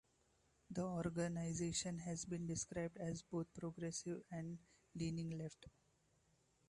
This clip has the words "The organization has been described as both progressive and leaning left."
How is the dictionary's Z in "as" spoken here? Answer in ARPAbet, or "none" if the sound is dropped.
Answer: Z